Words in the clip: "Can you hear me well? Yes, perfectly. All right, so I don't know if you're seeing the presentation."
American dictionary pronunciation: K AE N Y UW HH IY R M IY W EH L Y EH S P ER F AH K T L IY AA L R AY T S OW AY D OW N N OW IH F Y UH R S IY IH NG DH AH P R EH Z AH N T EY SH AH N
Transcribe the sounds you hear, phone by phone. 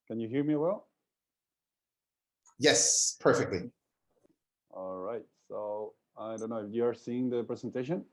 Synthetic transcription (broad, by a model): K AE N Y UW HH IY R M IY W EH L Y EH S P ER F AH K T L IY AA L R AY T S OW AY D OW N N OW IH F Y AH R S IY IH NG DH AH P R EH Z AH N T EY SH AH N